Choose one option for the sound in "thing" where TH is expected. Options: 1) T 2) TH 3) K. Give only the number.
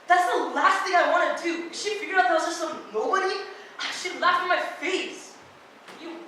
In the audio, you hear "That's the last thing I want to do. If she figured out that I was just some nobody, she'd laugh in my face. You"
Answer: 2